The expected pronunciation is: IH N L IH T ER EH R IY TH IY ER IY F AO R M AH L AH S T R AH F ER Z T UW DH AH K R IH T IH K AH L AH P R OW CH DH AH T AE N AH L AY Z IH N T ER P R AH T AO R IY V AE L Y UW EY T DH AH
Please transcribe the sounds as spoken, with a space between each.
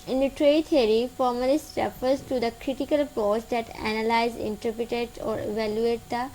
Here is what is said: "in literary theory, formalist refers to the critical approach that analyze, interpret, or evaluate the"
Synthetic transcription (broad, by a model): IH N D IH T R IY T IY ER IY F AO R M AH L AH S T R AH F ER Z T UW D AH K R IH T IH K AH L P OW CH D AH T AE N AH L AY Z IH N T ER P R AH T AO R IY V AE L Y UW EY T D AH